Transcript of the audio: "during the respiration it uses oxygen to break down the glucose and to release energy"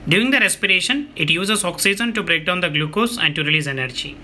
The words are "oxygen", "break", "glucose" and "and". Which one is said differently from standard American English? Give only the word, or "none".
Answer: oxygen